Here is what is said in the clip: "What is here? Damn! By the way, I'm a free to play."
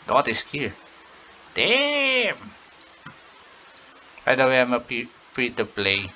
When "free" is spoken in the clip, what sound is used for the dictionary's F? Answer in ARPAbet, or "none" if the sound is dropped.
P